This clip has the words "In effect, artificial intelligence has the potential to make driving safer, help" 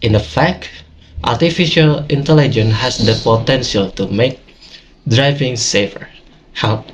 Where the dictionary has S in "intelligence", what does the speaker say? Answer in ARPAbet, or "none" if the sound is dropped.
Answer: none